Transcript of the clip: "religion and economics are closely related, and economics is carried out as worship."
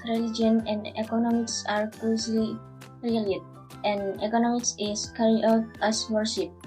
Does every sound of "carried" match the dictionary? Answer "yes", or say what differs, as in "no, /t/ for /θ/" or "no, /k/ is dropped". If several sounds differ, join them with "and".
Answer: no, /d/ is dropped